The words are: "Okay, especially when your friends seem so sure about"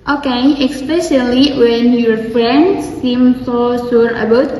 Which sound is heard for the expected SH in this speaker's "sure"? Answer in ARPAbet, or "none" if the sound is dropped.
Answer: S